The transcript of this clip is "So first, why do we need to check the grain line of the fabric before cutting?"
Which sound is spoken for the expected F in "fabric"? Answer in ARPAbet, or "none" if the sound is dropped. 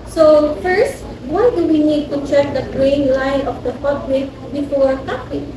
P